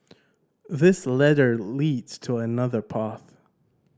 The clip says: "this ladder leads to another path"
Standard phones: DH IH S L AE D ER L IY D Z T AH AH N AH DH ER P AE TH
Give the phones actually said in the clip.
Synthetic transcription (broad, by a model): DH IH S L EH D ER L IY D Z T AH AH N AH DH ER P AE TH